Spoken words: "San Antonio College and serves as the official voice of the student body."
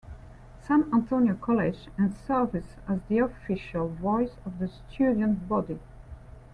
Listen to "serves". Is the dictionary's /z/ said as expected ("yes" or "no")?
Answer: no